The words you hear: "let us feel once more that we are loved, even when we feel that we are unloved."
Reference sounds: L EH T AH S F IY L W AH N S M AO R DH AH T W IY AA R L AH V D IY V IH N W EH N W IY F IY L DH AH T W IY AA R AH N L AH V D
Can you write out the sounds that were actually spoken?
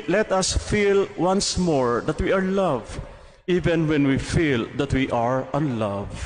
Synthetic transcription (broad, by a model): L EH T AH S F IY L W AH N S M AO R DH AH T W IY AA R L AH V IY V IH N W EH N W IY F IY L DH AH T W IY AA R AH N L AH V